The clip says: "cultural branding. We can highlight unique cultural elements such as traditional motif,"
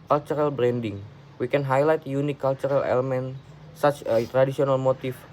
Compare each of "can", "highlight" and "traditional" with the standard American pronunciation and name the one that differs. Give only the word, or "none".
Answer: traditional